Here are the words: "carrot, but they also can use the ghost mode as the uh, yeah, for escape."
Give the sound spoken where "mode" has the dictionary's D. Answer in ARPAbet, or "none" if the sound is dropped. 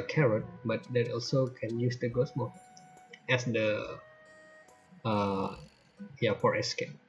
none